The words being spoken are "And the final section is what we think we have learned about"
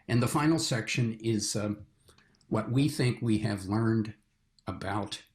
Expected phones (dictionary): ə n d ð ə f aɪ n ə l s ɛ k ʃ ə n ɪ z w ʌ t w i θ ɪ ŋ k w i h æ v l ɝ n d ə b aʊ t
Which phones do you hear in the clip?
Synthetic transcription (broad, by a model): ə n ð ə f aɪ n l s ɛ k ʃ ə n ɪ z w ʌ t w i θ ɪ ŋ k w i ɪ v l ɝ n d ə b aʊ t